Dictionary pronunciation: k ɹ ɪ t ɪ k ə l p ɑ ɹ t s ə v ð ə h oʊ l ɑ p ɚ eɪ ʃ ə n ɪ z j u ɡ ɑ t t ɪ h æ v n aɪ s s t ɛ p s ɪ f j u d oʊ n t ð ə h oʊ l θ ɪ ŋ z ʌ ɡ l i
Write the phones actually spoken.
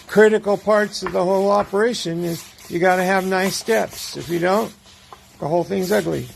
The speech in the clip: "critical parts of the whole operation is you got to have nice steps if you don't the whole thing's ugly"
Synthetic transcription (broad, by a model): k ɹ ɪ t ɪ k l p ɑ ɹ t s ə v ð ə h oʊ l ɑ p ɚ eɪ ʃ ə n ɪ z j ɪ ɡ ɑ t t ɪ v n aɪ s s t ɛ p s ɪ f j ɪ d oʊ n t ð ə h oʊ l θ ɪ ŋ z ʌ ɡ l i